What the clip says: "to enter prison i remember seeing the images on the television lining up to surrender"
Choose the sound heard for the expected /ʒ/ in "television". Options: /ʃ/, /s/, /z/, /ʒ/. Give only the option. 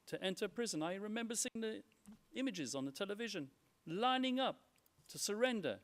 /ʒ/